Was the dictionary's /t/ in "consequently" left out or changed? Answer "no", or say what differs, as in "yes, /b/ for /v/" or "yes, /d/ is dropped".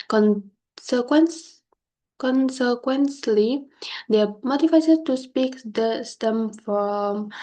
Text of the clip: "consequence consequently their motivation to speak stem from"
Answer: yes, /s/ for /t/